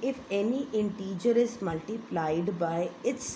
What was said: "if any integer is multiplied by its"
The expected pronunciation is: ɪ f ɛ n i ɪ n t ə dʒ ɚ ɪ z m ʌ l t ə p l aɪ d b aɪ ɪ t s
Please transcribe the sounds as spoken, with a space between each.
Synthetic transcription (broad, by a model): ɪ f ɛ n i ɪ n t ə dʒ ɚ ɪ z m ʌ l t ə p l aɪ d b aɪ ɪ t s